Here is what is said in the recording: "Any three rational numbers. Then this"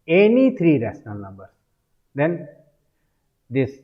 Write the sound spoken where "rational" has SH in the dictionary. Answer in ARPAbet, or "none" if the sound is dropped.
S